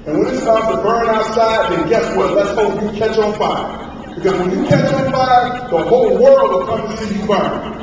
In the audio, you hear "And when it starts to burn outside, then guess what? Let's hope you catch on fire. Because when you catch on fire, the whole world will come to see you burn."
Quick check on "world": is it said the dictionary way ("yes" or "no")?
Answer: yes